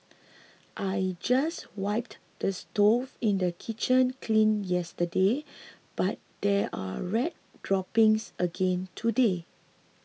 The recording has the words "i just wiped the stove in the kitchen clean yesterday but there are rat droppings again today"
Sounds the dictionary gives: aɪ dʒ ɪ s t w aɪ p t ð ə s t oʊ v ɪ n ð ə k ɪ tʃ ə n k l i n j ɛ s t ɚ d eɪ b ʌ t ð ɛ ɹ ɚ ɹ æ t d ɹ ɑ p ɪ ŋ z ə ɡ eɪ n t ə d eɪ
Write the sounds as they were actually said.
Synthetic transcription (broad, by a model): aɪ dʒ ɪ s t w aɪ p t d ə s t oʊ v ɪ n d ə k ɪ tʃ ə n k l i n j ɛ s t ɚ d eɪ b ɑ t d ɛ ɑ ɹ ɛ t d ɹ ɑ p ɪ ŋ s ə ɡ eɪ n t ə d eɪ